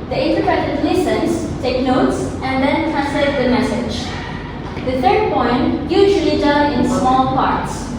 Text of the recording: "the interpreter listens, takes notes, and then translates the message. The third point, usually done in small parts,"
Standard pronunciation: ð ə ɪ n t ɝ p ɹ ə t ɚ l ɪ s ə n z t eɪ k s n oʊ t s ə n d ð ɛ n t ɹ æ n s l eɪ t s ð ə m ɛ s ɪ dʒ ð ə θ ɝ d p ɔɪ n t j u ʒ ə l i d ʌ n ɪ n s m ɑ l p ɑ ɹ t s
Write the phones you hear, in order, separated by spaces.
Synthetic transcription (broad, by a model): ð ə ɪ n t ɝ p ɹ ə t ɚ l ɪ s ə n s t eɪ k n oʊ t s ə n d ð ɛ n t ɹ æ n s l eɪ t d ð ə m ɛ s ɪ dʒ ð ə t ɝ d p ɔɪ n t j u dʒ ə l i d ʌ l ɪ n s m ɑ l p ɑ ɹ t s